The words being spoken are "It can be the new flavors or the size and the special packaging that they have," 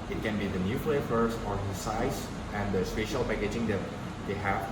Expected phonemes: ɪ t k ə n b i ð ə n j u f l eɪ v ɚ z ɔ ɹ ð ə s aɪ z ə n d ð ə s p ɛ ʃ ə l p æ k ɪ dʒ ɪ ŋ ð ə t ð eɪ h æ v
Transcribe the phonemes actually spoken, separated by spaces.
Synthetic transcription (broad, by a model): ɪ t k ə n b i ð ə n j u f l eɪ f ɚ s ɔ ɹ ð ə s aɪ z ə n d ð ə s p ɛ ʃ ə l p æ k ɪ dʒ ɪ ŋ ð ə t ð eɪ h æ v